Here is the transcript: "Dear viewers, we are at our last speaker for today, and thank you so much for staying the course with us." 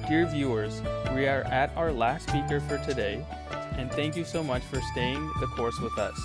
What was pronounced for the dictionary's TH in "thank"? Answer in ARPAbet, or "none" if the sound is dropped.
TH